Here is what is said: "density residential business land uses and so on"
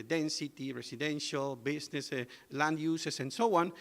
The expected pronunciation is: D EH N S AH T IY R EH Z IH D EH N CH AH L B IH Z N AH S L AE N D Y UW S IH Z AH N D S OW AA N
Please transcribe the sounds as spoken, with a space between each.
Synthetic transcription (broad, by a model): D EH N S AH T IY R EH S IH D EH N SH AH L B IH S N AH S L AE N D Y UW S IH S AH N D S OW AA N